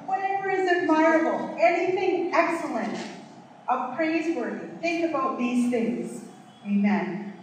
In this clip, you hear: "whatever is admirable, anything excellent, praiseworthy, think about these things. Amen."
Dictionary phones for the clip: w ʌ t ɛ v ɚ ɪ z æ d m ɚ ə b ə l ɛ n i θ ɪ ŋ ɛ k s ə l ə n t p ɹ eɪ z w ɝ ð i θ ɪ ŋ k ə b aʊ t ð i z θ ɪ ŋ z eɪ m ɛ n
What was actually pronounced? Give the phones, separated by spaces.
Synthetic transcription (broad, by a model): w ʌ t ɛ v ɚ ɪ z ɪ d m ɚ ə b l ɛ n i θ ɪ ŋ ɛ k s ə l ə n t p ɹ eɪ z w ɝ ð i θ ɪ ŋ k ə b aʊ t ð i z θ ɪ ŋ z eɪ m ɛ n